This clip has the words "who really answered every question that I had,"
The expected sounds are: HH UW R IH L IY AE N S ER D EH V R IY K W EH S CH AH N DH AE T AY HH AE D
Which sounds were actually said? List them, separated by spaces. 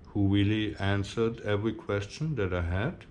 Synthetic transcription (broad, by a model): HH UW W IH L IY AE N S ER D EH V R IY K W EH S CH AH N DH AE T AY HH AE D